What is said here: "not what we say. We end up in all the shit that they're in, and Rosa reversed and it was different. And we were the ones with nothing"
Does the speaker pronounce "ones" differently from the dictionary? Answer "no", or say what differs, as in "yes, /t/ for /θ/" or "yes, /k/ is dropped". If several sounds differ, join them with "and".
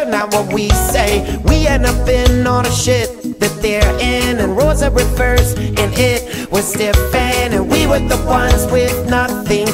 no